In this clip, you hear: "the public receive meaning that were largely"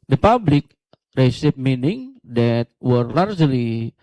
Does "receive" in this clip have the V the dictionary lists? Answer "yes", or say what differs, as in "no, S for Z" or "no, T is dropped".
no, P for V